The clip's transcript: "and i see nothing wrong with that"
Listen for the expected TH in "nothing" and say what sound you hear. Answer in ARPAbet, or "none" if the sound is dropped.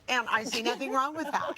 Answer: TH